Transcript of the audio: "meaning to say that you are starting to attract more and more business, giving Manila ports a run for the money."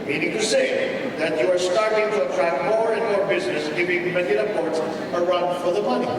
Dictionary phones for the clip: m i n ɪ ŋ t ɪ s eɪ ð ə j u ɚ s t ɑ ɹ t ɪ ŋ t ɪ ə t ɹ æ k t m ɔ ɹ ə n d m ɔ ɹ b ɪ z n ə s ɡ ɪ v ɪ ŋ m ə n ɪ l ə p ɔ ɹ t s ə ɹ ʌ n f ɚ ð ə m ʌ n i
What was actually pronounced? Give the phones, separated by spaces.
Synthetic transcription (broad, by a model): m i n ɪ ŋ t ɪ s eɪ ð ə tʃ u ɚ s t ɑ ɹ t ɪ ŋ t ɪ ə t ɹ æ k m ɔ ɹ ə n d m ɔ ɹ b ɪ z n ə s ɡ ɪ v ɪ ŋ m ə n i ə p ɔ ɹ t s ə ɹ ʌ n f ɚ ð ə m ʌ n i